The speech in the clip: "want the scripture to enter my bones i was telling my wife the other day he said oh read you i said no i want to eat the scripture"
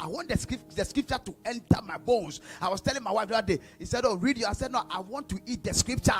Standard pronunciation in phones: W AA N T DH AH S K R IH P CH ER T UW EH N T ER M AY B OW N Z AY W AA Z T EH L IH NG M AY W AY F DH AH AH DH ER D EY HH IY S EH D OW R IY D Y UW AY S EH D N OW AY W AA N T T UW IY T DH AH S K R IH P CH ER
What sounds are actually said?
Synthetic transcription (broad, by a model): W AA N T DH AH S K R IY P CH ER T UW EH N T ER M AY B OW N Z AY W AA S T EH L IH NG M AY W AY F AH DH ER D EY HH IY S EH D OW R IY D Y UW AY S EH D N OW AY W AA N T T UW IY T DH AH S K R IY P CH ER